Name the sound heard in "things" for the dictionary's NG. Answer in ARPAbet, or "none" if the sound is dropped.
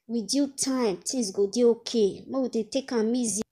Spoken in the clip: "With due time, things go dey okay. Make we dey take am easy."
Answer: none